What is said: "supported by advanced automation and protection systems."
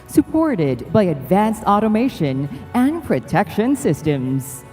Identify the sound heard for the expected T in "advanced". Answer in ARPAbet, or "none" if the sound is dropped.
T